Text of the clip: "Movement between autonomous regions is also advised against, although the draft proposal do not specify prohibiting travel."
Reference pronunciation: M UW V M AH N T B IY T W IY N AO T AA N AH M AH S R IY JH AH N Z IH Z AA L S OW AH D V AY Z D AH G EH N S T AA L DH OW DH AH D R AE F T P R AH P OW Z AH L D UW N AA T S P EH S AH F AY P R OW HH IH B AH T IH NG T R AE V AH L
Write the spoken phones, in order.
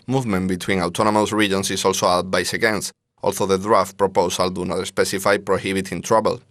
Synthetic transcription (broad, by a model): M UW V M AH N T B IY T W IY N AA T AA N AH M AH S R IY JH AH N S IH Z AA L S OW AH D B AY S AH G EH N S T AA L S OW DH AH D R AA F T P R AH P OW S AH L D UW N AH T S P EH S AH F AY P R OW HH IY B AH T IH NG T R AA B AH L